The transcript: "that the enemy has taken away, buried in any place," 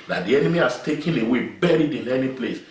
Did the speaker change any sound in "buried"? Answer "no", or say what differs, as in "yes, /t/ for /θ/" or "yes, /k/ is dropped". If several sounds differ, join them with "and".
no